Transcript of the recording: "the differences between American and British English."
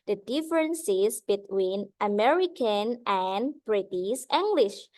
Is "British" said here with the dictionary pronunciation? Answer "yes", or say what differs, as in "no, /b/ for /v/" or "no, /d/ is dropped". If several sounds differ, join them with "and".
no, /s/ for /ʃ/